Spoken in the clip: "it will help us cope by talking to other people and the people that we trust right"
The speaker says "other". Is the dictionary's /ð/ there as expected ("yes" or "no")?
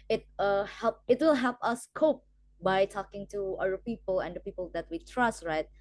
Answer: no